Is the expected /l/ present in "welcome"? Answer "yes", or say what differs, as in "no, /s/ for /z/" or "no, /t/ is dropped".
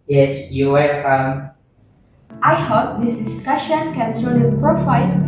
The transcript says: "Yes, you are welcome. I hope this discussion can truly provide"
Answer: no, /l/ is dropped